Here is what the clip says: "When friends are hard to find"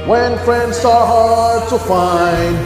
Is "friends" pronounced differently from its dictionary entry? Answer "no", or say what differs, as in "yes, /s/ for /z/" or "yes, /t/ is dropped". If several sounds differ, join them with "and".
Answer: yes, /s/ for /z/